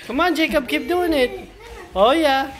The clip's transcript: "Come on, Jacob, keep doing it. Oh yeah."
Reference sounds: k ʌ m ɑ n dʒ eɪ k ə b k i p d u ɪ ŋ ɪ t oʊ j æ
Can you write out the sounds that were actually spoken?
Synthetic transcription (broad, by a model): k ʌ m ɑ n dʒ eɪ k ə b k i b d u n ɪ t oʊ j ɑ